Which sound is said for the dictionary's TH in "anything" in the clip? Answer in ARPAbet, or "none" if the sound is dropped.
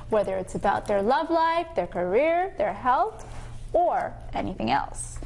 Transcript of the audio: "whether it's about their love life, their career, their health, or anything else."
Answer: TH